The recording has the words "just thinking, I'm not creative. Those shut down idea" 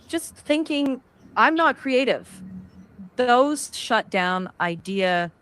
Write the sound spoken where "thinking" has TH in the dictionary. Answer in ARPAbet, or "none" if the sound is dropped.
TH